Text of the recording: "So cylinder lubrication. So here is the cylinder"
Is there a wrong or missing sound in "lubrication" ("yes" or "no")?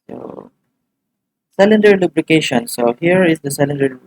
yes